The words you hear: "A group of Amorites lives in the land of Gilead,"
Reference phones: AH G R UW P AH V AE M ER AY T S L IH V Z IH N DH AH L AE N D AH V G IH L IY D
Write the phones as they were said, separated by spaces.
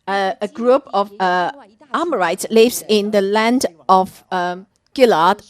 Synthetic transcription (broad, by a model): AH G R UW P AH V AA M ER AY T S L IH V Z IH N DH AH L AE N D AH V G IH L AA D